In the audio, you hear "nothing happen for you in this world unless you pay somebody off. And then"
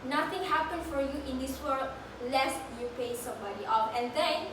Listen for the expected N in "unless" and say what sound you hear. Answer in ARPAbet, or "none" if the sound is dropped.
none